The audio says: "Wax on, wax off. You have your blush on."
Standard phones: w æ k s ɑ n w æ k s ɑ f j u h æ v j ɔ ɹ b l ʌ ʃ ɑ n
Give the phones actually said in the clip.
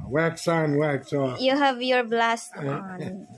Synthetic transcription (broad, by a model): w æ k s ɑ n w æ k s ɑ j u h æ v j ɔ ɹ b l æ s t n